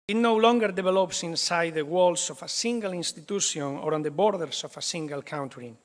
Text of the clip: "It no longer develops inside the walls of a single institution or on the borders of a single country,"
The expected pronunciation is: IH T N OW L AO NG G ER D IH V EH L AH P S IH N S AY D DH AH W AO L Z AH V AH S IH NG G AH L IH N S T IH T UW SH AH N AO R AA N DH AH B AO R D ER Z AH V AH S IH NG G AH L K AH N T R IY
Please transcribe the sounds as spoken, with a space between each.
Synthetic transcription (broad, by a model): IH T N OW L AO NG G ER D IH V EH L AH P S IH N S AY D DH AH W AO L S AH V AH S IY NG G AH L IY N S T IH T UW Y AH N AO R AA N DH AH B AO R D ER S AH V AH S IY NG G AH L K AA N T R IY